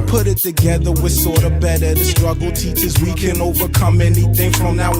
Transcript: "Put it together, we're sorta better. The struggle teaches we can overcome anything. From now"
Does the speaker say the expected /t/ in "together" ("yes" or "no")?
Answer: yes